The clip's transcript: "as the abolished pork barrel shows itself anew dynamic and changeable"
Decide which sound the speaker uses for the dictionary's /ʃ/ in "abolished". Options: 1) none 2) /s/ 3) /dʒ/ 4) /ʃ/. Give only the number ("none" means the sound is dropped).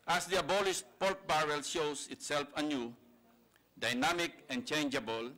2